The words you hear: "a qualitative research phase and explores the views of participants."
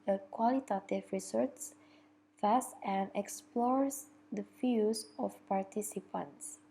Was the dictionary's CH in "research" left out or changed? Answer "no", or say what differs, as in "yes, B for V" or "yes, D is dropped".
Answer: yes, S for CH